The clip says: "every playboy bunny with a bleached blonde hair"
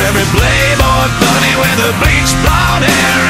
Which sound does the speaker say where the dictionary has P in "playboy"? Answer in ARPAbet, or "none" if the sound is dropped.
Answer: B